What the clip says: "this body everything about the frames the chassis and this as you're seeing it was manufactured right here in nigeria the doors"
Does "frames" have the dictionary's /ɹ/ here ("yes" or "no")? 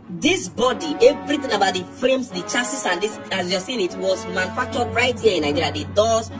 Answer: no